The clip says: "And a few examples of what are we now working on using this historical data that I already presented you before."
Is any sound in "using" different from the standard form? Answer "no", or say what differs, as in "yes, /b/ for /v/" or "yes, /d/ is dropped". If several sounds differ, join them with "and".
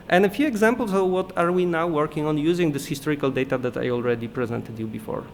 no